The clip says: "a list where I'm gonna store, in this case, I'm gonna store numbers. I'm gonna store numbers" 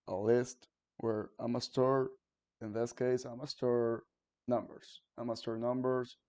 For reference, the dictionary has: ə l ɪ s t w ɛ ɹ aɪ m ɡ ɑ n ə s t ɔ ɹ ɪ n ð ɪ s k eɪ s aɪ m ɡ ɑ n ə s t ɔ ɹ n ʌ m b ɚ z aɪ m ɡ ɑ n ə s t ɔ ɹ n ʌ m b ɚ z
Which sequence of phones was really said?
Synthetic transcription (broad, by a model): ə l ɪ s t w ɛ ɹ aɪ m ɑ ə s t ɔ ɹ ɪ n ð ɪ s k eɪ s aɪ m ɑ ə s t ɔ ɹ n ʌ m b ɚ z aɪ m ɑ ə s t ɔ ɹ n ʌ m b ɚ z